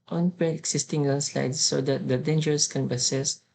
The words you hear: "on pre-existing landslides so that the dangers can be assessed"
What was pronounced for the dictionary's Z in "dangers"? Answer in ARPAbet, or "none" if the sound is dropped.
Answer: S